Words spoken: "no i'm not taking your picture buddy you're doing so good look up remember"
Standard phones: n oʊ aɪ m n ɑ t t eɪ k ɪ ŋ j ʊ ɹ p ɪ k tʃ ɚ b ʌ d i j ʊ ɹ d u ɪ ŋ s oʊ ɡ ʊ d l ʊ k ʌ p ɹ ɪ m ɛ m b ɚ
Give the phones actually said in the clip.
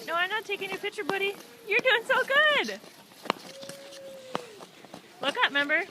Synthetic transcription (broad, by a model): n oʊ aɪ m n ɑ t t eɪ k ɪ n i p ɪ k tʃ ɚ b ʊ d i j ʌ ɹ d u ɪ ŋ s oʊ ɡ ʊ d l ʊ k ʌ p m ɛ m b ɚ